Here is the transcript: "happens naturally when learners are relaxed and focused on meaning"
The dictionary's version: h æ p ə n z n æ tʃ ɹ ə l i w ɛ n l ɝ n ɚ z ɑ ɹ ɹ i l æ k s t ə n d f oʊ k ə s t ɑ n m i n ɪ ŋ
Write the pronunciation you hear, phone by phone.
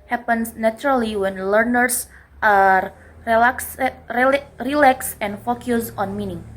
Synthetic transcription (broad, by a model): h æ p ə n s n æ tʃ ɹ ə l i w ɛ n l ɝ n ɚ s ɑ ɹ ɹ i l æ k s ə n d f oʊ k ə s ɑ n m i n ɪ ŋ